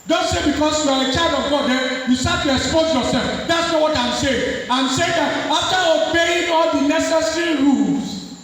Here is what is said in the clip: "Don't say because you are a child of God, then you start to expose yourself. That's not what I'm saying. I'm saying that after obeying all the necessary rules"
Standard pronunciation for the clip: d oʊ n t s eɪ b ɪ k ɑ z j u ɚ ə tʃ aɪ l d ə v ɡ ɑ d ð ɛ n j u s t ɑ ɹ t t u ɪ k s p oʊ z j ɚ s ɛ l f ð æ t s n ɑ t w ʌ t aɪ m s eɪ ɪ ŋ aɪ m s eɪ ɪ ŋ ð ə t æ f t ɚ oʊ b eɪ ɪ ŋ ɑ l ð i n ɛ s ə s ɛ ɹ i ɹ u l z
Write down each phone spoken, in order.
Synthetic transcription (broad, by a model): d oʊ n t s eɪ b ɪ k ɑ s j u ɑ ə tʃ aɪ d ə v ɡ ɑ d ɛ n j u s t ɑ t t u ɪ k s p oʊ z j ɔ s ɛ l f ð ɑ t s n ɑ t w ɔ t aɪ m s eɪ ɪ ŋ aɪ m s eɪ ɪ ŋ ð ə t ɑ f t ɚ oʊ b eɪ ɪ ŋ ɑ l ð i n ɛ s ə s ɛ ɹ i ɹ u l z